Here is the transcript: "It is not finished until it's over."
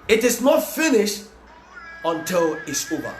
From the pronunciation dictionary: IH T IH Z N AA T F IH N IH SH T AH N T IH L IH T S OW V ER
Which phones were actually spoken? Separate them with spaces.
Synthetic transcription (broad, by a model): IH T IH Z N AA T F IH N IH SH T AH N T IH L IH T S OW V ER